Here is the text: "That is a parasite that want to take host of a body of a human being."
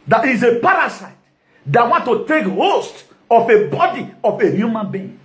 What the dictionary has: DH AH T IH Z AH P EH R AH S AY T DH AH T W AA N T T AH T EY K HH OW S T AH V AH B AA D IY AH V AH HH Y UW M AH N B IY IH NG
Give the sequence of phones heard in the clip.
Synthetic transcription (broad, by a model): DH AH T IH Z AH P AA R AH S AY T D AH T W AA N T T AH T EY K HH OW S T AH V AH B AA D IY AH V AH HH Y UW M AH N B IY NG